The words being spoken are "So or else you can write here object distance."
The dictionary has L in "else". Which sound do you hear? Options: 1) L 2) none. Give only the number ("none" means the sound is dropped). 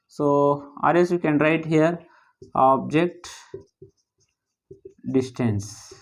2